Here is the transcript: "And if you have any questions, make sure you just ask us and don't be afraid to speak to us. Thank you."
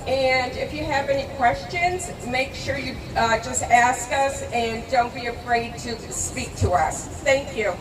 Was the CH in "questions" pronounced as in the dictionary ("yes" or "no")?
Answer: yes